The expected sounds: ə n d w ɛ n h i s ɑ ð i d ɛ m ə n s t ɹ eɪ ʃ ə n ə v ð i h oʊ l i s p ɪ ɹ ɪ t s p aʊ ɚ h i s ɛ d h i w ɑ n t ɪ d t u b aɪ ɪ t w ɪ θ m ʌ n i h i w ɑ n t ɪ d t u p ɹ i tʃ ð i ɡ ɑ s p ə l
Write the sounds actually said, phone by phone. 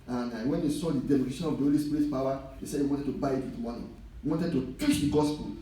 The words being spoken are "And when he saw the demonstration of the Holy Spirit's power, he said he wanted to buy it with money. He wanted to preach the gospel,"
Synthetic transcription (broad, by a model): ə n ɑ w ɛ n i s ɑ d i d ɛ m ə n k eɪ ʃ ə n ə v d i h oʊ l i s p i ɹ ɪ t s p aʊ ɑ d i s ɛ d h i w ɑ n t ɪ d t u b aɪ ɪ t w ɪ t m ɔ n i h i w ɑ n t ɪ d t u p i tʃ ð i ɡ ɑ s p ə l